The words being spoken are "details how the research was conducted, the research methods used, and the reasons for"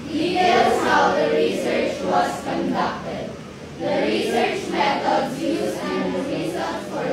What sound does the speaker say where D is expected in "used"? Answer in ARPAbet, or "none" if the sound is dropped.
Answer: none